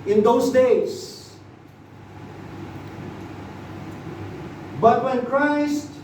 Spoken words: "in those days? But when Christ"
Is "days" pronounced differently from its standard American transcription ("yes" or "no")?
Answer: yes